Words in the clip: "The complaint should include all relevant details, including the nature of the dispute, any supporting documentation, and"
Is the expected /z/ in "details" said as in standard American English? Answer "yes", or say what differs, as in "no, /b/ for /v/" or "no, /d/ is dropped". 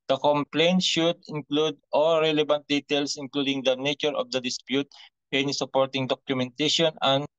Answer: no, /s/ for /z/